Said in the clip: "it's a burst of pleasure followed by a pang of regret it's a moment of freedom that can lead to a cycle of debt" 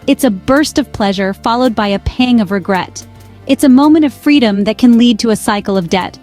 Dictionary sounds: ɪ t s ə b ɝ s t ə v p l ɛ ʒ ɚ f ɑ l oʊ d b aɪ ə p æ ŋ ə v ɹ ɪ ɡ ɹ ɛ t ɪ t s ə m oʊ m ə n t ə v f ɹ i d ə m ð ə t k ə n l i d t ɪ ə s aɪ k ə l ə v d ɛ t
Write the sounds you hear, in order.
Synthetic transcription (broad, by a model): ɪ t s ə b ɝ s t ə v p l ɛ ʒ ɚ f ɑ l oʊ d b aɪ ə p æ ŋ ə v ɹ ɪ ɡ ɹ ɛ t ɪ t s ə m oʊ m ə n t ə v f ɹ i d ə m ð ə t k ə n l i d t ɪ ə s aɪ k l ə v d ɛ t